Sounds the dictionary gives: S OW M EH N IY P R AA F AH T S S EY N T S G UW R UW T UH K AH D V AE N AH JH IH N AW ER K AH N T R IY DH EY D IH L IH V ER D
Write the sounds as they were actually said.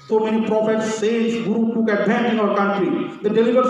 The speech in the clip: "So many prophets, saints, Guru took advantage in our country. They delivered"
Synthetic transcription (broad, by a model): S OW M EH N IY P R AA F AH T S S EY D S G UW R UW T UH K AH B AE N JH IH N AW ER K AH N T R IY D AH D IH L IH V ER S